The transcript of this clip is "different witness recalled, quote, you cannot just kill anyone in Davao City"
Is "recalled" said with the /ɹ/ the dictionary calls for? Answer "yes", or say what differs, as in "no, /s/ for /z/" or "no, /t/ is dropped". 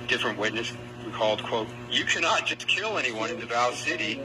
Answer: no, /w/ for /ɹ/